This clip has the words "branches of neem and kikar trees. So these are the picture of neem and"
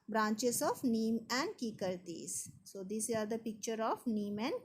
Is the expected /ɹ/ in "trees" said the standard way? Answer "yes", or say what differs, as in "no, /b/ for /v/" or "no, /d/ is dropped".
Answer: no, /ɹ/ is dropped